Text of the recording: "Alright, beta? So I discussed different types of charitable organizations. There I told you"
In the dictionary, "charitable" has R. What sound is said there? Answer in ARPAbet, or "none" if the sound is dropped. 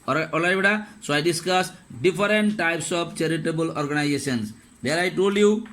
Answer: R